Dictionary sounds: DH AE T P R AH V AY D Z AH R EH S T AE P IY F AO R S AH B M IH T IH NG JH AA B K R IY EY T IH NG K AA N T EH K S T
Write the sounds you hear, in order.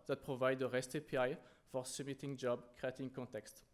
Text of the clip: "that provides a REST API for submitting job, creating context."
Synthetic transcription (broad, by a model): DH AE T P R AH V AY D AH R EH S T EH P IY F AO R S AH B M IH T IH NG JH AA B K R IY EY T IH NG K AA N T EH K S T